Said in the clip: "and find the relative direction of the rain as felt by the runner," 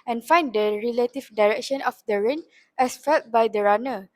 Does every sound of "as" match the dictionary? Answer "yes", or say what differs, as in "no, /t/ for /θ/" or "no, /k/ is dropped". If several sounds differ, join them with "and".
no, /s/ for /z/